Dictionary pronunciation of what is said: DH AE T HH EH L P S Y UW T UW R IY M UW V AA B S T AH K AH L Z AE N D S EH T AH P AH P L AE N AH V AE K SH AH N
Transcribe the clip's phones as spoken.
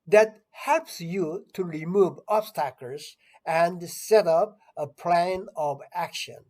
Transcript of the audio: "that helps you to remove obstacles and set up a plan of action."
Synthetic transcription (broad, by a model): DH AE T HH EH L P S Y UW T UW R IY M UW V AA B S T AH K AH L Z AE N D S EH T AH P AH P L AE N AH V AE K SH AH N